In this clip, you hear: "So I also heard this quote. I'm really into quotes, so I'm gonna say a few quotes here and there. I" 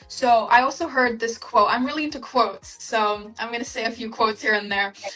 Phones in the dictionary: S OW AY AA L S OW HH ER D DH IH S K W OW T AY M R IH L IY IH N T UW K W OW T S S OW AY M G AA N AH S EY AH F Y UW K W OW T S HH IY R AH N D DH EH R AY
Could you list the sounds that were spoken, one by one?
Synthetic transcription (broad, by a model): S OW AY AA L S OW HH ER D DH IH S K W OW T AY M R IH L IY IH N T UW K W OW T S S OW AY M G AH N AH S EY AH F Y UW K W OW T S HH IY R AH N DH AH R